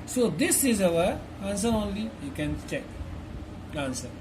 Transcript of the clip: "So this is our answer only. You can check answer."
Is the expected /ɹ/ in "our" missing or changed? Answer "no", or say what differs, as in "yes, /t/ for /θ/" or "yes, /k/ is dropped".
yes, /w/ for /ɹ/